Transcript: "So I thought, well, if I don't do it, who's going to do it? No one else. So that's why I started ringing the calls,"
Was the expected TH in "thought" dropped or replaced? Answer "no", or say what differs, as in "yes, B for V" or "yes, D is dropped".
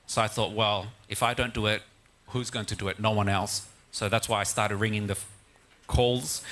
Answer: no